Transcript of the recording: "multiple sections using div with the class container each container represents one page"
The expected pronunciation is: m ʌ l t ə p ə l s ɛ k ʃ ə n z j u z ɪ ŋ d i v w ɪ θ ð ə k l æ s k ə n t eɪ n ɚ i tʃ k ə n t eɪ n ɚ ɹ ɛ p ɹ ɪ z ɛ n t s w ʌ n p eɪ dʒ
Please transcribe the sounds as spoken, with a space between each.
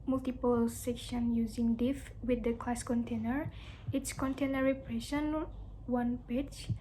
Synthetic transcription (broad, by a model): m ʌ l t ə p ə l s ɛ k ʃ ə n j u z ɪ ŋ d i f w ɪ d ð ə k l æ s k ə n t eɪ n ɚ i s k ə n t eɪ n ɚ ɹ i p ɹ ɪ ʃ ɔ n w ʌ n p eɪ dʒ